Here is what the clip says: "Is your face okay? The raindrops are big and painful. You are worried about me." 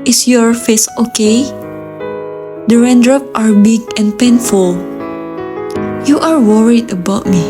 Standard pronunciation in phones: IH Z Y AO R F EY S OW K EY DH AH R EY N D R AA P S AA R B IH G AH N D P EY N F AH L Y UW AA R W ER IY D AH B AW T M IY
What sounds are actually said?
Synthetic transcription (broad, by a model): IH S Y AO R F EY S OW K EY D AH R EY N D R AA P AA R B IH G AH N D P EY N F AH L Y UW AA R W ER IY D AH B AW T M IY